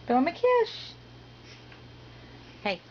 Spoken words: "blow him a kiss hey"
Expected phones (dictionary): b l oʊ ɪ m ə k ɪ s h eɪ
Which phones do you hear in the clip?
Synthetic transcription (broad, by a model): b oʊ ɪ m ə k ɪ ʃ h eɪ